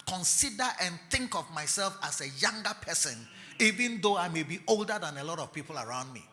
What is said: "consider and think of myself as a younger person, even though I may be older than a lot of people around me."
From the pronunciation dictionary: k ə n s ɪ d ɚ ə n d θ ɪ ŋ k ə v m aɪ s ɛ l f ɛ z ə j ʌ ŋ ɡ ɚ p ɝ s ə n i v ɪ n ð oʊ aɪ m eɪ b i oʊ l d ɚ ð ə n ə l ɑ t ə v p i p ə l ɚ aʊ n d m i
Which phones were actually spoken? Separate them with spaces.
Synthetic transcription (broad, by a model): k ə n s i d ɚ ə n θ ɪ ŋ k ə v m aɪ s ɛ l f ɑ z ə j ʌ ŋ ɡ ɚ p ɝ s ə n i v ɪ n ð oʊ aɪ m eɪ b i oʊ l d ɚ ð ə n ə l ɑ t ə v p i p ə l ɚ aʊ n d m i